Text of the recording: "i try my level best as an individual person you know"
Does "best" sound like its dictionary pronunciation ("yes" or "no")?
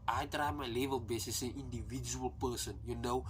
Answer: no